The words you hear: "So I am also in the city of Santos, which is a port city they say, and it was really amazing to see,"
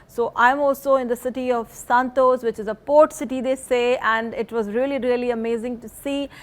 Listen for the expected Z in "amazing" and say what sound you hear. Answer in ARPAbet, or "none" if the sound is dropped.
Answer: Z